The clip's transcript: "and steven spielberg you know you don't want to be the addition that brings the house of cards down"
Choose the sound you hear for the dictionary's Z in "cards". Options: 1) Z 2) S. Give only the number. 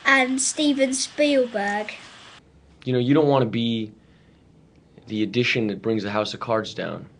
1